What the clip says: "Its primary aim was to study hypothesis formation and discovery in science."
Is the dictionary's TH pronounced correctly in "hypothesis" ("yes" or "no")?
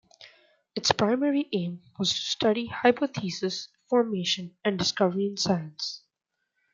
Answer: no